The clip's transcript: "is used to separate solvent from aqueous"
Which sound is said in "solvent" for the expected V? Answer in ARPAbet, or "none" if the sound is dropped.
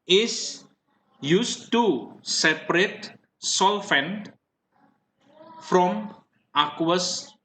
F